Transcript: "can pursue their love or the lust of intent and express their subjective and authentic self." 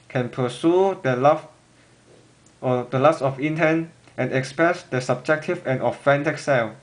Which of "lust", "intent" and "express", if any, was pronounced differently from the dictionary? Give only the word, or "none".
lust